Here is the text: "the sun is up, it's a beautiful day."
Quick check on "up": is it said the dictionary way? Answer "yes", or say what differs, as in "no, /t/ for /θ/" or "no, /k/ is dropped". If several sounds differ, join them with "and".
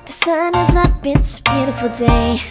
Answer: no, /b/ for /p/